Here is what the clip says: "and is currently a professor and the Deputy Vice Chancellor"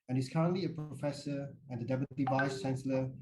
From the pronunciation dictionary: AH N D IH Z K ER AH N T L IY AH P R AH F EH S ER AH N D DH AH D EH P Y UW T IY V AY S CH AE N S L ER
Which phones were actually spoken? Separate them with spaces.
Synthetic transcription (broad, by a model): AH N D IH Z K ER AH N T L IY AH P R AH F EH S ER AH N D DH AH D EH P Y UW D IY V AY S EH N S L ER